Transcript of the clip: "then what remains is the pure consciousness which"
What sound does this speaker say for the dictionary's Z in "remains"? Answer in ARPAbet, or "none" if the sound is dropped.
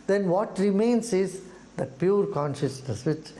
S